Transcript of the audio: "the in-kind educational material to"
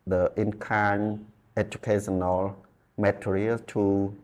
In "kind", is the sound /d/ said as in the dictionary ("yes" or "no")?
no